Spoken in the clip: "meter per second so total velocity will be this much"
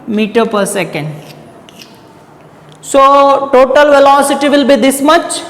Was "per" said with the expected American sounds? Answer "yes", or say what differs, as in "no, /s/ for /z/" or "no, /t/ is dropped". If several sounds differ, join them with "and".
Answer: yes